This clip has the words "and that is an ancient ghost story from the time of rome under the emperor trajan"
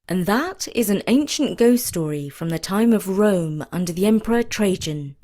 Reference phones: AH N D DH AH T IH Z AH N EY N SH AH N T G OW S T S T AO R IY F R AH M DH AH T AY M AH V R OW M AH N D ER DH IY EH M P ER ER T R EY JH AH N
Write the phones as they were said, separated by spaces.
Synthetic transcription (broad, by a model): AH N DH AH T IH Z AH N EY N SH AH N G OW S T S T AO R IY F R AH M DH AH T AY M AH V R OW M AH N D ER DH IY EH M P ER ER T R EY JH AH N